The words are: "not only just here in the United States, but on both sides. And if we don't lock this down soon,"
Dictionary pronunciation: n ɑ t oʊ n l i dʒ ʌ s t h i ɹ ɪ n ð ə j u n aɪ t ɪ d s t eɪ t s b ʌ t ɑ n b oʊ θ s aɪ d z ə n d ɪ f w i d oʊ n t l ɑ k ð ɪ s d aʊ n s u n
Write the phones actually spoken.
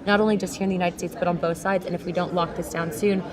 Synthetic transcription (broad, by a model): n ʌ t oʊ n l i dʒ ʌ s t h i ɹ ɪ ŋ ð ə j u n aɪ t ɪ d s t eɪ t s b ʌ t n b oʊ θ s aɪ d z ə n ɪ f w i d oʊ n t l ɑ k ð ɪ s d aʊ n s u n